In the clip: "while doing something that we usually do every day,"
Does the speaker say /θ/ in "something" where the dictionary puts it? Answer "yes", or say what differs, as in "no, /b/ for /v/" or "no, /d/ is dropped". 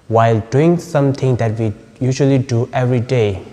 no, /t/ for /θ/